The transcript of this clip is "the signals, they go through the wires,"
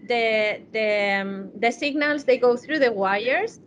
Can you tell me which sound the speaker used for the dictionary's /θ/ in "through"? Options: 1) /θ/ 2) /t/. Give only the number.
1